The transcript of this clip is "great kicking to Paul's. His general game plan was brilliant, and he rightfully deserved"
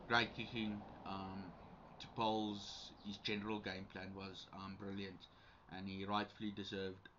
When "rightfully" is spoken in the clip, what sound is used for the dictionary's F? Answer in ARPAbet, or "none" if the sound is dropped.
F